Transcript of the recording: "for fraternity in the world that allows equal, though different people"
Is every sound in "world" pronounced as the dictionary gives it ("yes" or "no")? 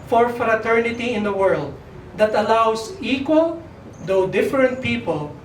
yes